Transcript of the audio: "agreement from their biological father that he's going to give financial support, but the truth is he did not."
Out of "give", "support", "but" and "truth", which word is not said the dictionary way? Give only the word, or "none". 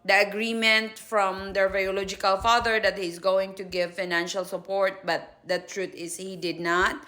truth